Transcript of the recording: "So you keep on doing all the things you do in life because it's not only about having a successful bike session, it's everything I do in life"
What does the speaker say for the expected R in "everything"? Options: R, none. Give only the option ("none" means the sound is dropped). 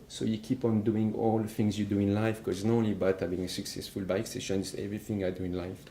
R